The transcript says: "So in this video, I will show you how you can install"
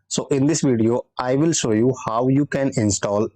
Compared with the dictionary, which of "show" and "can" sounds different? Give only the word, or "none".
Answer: none